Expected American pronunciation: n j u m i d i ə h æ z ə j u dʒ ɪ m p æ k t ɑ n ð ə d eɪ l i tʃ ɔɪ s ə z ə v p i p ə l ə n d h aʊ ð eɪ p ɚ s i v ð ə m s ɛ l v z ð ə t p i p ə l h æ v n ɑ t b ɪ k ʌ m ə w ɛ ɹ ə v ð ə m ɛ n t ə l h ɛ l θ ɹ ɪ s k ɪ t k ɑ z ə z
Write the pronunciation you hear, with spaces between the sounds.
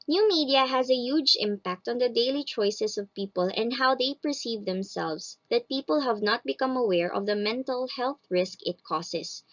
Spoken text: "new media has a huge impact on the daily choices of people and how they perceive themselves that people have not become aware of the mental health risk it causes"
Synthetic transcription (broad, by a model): n j u m i d i ə h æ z ə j u dʒ ɪ m p æ k t ɑ n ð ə d eɪ l i tʃ ɔɪ s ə s ə v p i p ə l ə n d h aʊ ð eɪ p ɚ s i v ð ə m s ɛ l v s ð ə t p i p ə l h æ v n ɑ t b ɪ k ʌ m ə w ɛ ɹ ə v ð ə m ɛ n t ə l h ɛ l θ ɹ ɪ s k ɪ t k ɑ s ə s